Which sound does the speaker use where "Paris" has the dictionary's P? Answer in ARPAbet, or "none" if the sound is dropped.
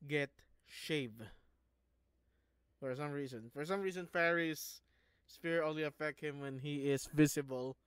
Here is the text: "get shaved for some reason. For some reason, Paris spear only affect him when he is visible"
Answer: F